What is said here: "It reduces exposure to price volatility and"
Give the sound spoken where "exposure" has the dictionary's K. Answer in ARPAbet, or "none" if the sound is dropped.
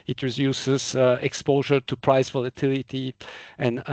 K